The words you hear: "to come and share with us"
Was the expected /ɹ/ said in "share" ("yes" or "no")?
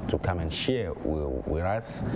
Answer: no